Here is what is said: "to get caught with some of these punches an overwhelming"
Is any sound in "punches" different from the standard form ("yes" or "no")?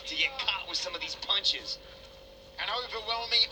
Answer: no